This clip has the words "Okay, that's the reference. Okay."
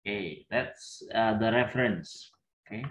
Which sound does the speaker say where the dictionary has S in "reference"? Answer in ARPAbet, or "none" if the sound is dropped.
S